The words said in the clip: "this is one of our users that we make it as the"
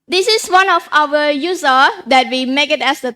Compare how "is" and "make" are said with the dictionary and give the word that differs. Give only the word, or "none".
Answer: is